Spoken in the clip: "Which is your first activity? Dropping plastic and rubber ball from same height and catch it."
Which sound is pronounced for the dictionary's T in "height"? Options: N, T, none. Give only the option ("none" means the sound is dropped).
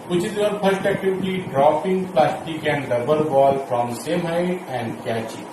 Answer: none